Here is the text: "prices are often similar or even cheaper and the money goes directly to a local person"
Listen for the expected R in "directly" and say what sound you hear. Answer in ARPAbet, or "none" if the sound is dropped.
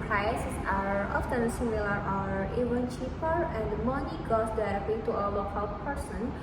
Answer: none